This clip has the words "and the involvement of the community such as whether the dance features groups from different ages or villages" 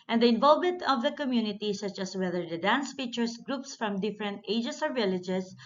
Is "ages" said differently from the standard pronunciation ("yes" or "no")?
yes